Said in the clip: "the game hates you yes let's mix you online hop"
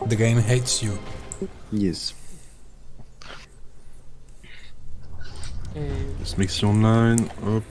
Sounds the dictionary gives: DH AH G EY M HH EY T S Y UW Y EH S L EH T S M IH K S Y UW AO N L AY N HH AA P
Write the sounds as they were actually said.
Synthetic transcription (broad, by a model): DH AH G EY M HH EY T S Y UW Y EH S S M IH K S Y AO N AY N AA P